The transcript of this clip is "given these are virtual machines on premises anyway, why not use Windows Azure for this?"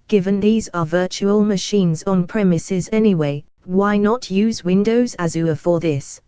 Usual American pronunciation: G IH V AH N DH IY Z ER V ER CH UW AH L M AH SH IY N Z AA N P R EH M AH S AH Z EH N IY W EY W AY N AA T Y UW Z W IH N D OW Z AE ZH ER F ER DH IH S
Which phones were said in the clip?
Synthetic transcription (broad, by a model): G IH V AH N DH IY Z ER V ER CH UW AH L M AH SH IY N Z N P R EH M AH S AH Z EH N IY W EY W AY N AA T Y UW Z W IH N D OW Z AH Z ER F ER DH IH S